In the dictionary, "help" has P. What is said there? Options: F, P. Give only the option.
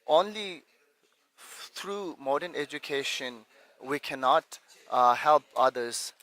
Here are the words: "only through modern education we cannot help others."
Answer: P